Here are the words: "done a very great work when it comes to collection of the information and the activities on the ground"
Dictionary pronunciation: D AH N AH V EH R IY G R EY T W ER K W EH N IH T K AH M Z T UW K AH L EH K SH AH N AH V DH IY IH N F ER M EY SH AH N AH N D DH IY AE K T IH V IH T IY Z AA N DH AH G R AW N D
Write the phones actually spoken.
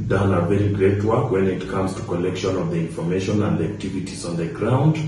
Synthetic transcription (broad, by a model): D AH N AH V EH R IY G R EY T W ER K W EH N IH T K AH M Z T UW K AH L EH K SH AH N AH V DH IY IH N F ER M EY SH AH N AH N D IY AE K T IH V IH T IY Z AA N DH AH G R AW N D